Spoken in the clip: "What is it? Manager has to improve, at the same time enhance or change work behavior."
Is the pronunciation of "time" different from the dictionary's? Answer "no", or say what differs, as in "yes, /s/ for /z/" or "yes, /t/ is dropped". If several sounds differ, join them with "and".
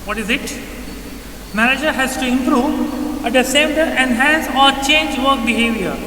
yes, /m/ is dropped